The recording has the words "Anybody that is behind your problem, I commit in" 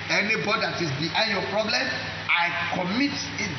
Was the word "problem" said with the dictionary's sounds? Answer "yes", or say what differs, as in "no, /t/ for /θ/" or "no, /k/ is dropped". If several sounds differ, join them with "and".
yes